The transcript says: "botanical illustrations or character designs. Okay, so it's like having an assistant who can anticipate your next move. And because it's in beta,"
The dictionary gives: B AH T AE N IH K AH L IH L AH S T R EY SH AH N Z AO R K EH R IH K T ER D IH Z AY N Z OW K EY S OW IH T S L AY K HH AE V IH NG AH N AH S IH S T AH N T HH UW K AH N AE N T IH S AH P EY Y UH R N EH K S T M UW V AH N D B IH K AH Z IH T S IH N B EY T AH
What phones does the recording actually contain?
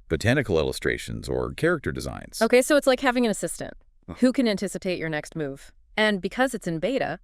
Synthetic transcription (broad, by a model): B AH T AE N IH K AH L IH L AH S T R EY SH AH N Z AO R K EH R IH K T ER D IH Z AY N Z OW K EY S OW IH T S L AY K HH AE V IH NG AH N AH S IH S T AH N T HH UW K AH N AE N T IH S AH P EY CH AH R N EH K S T M UW V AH N B IH K AH Z IH T S IH N B EY T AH